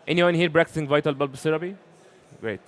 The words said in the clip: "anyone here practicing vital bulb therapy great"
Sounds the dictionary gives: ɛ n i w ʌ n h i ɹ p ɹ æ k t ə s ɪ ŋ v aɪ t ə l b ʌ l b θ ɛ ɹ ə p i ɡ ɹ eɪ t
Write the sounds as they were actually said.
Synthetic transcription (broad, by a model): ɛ n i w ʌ n h i ɹ b ɹ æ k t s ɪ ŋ v aɪ t ə l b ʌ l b s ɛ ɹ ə b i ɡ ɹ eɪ t